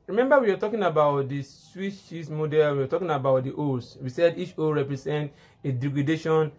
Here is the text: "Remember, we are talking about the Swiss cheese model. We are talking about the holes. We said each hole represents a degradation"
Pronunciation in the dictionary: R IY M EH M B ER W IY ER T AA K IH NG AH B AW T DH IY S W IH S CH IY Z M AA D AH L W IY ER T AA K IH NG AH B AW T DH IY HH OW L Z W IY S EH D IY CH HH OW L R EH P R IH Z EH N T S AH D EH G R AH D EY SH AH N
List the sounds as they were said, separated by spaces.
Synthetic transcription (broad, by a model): R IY M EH M B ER W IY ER T AA K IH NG AH B AW T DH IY S W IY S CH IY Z M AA D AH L W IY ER T AA K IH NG AH B AW T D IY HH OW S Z W IY S EH D IY CH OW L R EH P R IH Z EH N T AH D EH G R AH D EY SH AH N